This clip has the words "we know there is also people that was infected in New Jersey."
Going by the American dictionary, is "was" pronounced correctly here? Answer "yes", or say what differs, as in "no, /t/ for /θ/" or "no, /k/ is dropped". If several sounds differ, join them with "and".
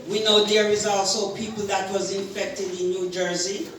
yes